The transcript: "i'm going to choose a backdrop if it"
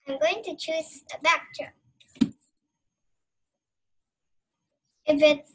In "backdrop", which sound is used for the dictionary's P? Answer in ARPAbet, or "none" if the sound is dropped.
none